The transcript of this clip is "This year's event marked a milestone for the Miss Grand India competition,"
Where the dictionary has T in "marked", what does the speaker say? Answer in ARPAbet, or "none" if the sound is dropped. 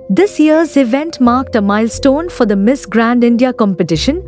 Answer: T